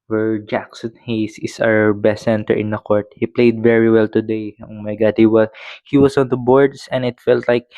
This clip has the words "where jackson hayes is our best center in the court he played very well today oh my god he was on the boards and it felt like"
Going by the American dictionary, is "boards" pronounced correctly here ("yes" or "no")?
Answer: no